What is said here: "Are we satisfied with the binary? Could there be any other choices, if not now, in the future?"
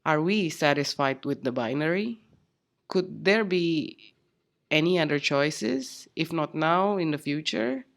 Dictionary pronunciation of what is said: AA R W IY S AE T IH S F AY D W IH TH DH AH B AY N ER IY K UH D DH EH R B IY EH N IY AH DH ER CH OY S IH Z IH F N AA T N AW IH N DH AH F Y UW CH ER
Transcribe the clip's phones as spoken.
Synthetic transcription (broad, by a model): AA R W IY S AE T IH S F AY D W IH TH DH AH B AY N ER IY K UH D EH R B IY EH N IY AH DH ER CH OY S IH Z IH F N AA T N AW IH N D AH F Y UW CH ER